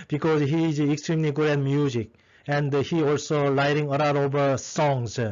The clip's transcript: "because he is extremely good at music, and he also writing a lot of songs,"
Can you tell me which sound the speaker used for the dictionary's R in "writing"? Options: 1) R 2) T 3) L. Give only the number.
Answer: 3